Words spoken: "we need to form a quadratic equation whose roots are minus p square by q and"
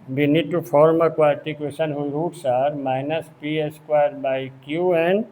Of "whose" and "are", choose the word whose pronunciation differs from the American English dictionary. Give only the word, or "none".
whose